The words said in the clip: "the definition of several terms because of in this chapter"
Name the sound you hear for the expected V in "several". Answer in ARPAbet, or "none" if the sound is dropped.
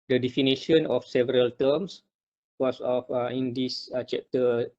V